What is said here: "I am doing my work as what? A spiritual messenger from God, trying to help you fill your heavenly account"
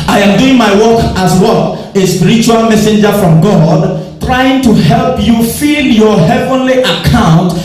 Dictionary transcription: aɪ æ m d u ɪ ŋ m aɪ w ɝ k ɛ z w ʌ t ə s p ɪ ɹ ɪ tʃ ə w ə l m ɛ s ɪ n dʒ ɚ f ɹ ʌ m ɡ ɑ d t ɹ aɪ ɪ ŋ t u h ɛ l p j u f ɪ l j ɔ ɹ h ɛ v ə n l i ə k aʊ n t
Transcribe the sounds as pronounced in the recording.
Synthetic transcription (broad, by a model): aɪ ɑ m d u ɪ ŋ m aɪ w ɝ k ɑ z w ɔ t ə s p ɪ ɹ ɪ tʃ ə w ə l m ɛ s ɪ n dʒ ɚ f ɹ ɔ m ɡ ɑ d t ɹ aɪ ɪ ŋ t u h ɛ l p j u f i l j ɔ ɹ h ɛ v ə n l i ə k aʊ n t